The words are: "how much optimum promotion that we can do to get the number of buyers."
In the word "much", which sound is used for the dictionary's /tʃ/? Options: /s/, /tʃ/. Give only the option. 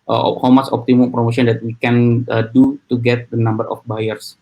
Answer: /s/